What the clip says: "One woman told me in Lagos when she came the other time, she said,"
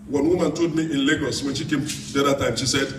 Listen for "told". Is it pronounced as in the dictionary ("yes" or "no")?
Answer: no